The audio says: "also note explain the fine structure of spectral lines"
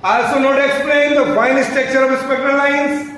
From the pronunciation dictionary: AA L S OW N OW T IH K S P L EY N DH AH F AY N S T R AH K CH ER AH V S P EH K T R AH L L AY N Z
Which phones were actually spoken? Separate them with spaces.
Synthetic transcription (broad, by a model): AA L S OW N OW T IH K S P L EY N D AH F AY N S T EH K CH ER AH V S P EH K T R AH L L AY N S